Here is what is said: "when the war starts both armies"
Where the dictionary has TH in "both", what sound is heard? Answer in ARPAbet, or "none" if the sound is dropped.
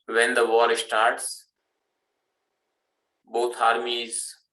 T